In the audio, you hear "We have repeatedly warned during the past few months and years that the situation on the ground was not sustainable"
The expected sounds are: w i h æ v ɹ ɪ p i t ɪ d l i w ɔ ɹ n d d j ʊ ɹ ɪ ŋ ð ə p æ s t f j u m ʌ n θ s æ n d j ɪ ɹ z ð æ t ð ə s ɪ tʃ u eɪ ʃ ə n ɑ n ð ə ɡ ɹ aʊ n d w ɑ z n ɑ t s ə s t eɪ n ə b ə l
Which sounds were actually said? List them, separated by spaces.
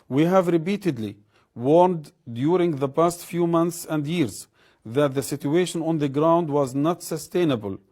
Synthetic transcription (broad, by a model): w i h æ v ɹ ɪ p i t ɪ d l i w ɔ ɹ n d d j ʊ ɹ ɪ ŋ ð ə p æ s t f j u m ʌ n θ s æ n d j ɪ ɹ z ð æ t ð ə s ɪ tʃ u eɪ ʃ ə n ɑ n ð ə ɡ ɹ aʊ n d w ɑ z n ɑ t s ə s t eɪ n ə b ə l